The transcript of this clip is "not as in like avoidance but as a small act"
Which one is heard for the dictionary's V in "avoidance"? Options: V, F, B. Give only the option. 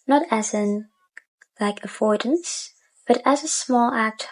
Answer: F